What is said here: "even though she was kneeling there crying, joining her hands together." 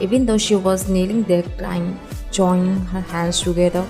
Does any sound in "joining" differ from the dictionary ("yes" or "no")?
yes